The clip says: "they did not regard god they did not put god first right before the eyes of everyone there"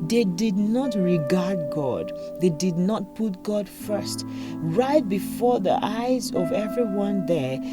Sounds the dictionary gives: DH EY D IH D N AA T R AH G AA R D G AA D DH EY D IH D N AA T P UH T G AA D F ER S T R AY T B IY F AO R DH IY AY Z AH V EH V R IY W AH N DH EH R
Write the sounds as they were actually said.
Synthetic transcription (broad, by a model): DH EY D IH D N AA T R AH G AA R D G AA D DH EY D IH D N AA T P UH T G AA D F ER S T R AY T B IY F AO R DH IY AY Z AH V EH V R IY W AH N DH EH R